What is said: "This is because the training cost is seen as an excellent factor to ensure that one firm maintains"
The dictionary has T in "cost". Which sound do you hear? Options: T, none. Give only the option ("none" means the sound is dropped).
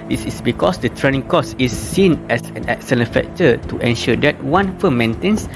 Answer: none